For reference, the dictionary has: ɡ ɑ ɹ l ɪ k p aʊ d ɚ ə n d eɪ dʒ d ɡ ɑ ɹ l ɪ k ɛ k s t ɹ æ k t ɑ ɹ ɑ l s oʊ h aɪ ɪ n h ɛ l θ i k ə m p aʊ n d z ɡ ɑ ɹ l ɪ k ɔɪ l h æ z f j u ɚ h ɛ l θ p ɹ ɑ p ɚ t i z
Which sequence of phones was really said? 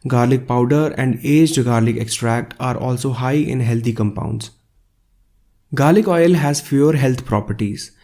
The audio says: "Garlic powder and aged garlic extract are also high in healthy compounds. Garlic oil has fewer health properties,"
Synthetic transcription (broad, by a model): ɡ ɑ ɹ l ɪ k p aʊ d ɚ ə n d eɪ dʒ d ɡ ɑ ɹ l ɪ k ɛ k s t ɹ æ k t ɑ ɹ ɑ l s oʊ h aɪ ɪ n h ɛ l t i k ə m p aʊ n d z ɡ ɑ ɹ l ɪ k ɔɪ l h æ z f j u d h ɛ l t p ɹ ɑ p ɚ t i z